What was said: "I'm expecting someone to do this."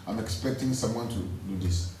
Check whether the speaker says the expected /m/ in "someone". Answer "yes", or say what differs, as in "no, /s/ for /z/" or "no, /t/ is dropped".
yes